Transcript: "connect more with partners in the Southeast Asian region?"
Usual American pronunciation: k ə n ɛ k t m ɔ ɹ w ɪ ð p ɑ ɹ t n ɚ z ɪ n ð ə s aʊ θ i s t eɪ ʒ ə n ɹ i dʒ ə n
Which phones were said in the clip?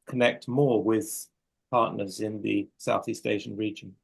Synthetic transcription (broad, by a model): k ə n ɛ k t m ɔ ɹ w ɪ ð p ɑ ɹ t n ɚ z ɪ n ð ə s aʊ θ i s t eɪ ʃ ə n ɹ i dʒ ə n